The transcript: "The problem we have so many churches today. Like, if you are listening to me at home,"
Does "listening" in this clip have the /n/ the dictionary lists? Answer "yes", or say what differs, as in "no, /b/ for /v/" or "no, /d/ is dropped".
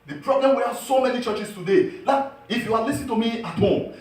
no, /n/ is dropped